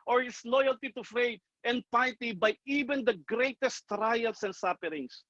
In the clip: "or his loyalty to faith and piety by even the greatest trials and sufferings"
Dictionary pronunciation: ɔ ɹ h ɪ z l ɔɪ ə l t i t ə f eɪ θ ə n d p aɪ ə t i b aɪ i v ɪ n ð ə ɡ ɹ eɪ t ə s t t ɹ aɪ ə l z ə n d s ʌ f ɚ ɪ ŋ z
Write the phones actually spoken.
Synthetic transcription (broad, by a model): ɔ ɹ h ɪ s l ɔɪ ə l t i t ə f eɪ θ ə n d p aɪ t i b aɪ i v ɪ n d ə ɡ ɹ eɪ t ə s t t ɹ aɪ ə l s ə n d s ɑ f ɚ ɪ ŋ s